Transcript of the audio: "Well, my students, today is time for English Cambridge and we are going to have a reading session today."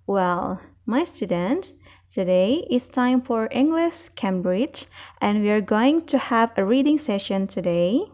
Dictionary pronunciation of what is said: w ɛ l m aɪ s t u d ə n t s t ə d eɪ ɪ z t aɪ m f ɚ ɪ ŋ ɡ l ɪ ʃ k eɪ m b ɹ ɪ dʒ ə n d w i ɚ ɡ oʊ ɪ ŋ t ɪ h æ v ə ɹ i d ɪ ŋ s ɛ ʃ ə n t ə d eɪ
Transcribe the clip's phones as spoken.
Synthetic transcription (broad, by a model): w ɛ l m aɪ s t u d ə n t t ə d eɪ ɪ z t aɪ m f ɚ ɪ ŋ ɡ l ɪ ʃ k eɪ m b ɹ ɪ dʒ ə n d w i ɚ ɡ oʊ ɪ ŋ t ɪ h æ v ə ɹ i d ɪ ŋ s ɛ ʃ ə n t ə d eɪ